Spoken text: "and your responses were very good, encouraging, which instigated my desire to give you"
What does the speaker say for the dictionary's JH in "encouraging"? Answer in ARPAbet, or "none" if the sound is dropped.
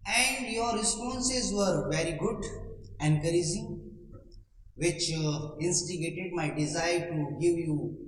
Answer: Z